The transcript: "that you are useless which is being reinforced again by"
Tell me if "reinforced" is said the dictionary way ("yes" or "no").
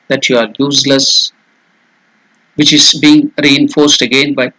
yes